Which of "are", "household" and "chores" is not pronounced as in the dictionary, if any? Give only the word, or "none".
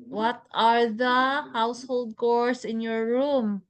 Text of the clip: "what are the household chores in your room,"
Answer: chores